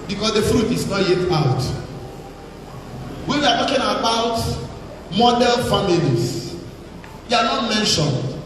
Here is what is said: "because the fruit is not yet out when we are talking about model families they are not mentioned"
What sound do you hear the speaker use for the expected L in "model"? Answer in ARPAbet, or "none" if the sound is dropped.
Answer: N